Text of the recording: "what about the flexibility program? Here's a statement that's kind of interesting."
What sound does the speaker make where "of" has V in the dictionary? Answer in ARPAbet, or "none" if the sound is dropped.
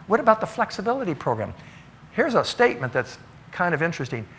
V